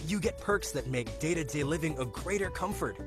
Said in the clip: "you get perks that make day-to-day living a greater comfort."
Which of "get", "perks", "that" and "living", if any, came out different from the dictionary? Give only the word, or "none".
none